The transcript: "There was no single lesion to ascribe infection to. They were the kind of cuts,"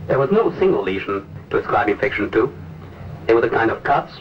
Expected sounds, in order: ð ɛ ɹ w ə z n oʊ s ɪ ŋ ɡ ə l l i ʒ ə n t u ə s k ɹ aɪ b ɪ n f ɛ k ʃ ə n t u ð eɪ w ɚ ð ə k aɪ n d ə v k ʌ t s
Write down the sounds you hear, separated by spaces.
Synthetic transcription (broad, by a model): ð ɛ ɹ w ə z n oʊ s ɪ ŋ ɡ l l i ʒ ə n t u ə s k ɹ aɪ b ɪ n f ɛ k ʃ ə n t u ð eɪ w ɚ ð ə k aɪ n d ə v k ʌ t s